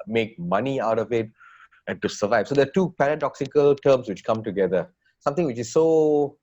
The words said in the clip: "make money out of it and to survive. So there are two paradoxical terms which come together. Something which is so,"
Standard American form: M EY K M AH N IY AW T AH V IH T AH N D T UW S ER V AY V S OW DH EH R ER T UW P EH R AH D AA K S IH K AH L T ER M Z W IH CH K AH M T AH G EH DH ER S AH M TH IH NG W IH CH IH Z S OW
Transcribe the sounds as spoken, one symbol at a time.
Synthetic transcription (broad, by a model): M EY K M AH N IY AW T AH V IH T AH N T UW S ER V AY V S OW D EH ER T UW P EH R AH D AA K S IH K AH L T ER M S W IH CH K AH M T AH G EH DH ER S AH M T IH NG W IH CH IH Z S OW